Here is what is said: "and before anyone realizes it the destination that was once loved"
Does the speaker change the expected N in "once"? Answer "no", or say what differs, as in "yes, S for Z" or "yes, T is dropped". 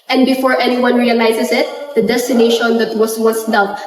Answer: yes, N is dropped